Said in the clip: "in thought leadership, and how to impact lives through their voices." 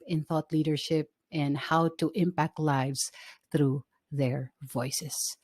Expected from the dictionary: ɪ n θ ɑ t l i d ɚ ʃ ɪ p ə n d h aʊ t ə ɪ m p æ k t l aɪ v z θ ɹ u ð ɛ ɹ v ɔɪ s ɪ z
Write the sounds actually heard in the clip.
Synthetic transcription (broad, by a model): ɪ n θ ɑ t l i d ɚ ʃ ɪ p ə n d h aʊ t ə ɪ m p æ k t l aɪ v z θ ɹ u ð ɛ ɹ v ɔɪ s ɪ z